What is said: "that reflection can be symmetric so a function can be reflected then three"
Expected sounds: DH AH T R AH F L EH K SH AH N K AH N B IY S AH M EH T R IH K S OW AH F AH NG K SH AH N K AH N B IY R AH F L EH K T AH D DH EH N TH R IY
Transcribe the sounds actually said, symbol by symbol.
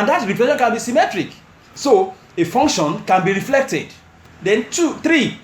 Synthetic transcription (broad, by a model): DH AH T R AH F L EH SH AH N K AH N B IY S AH M EH T R IH K S OW AH F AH NG K SH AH N K AH N B IY R AH F L EH K T AH D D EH N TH R IY